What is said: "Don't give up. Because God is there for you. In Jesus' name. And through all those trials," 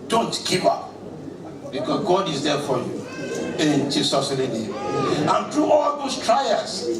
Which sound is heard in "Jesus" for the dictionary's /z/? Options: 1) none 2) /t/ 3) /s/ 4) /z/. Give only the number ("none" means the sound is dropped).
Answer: 3